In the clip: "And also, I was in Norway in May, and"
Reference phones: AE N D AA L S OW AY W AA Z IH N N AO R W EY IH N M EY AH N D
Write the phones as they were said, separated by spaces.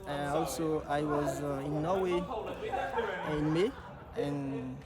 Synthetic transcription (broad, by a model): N AA L S OW AY W AA Z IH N N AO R W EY IH N M EY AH N